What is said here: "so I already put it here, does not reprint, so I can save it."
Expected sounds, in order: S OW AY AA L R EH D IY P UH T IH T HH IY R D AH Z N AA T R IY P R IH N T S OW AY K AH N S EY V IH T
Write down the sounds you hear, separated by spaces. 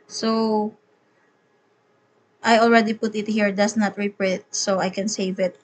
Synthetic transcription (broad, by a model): S OW AY AA L R EH D IY P UH T IH T HH IY R D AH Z N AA T R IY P R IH T S OW AY K AH N S EY V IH T